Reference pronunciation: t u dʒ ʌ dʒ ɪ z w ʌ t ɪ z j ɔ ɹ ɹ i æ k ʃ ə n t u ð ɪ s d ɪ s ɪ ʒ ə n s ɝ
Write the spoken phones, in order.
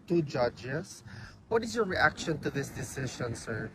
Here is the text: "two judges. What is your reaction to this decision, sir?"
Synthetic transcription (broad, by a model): t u dʒ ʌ dʒ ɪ s w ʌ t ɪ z j ɔ ɹ ɹ i æ k ʃ ə n t u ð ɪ s d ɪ s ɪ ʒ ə n s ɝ